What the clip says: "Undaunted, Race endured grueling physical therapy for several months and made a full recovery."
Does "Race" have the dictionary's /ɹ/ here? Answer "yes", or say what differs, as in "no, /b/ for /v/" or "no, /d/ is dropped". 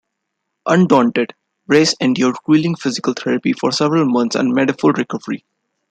yes